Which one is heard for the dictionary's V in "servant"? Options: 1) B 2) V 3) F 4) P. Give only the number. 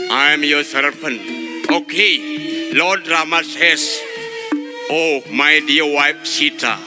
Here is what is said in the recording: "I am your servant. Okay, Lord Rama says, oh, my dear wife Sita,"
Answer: 4